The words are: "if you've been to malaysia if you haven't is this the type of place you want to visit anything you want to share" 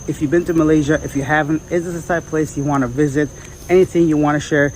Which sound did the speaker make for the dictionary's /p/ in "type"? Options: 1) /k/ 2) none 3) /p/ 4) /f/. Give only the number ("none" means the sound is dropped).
2